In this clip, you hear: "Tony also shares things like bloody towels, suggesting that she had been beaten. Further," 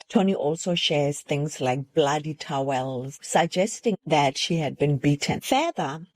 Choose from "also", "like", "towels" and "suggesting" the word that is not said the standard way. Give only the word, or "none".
none